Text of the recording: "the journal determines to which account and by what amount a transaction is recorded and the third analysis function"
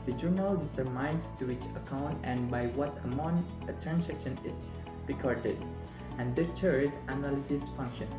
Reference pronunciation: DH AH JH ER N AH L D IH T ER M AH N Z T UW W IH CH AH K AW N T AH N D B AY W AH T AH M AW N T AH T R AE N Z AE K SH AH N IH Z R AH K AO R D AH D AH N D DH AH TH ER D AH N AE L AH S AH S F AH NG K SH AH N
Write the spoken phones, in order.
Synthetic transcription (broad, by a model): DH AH JH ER N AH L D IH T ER M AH N S T UW W IH CH AH K AW N T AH N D B AY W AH T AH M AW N AH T R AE N S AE K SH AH N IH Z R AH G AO R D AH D AH N D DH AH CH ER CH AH N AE L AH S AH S F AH NG K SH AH N